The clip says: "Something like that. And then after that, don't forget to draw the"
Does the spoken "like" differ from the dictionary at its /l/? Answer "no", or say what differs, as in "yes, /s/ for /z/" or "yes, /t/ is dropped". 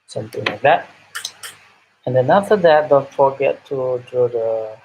no